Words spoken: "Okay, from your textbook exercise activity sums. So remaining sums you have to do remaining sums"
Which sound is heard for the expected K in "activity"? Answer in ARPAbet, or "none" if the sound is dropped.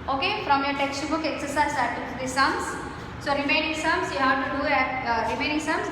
none